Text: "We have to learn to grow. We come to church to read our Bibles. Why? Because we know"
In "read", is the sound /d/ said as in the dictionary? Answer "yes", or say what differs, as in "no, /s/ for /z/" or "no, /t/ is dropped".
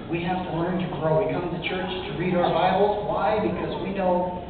yes